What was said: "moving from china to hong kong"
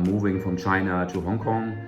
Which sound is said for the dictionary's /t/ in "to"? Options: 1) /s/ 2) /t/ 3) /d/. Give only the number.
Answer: 1